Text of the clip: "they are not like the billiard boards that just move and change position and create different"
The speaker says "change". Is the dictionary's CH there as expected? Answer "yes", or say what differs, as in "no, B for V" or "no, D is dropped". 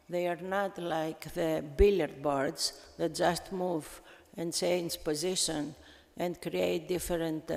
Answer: no, S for CH